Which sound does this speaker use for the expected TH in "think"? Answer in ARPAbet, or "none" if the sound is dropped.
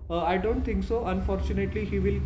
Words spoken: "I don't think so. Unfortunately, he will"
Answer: T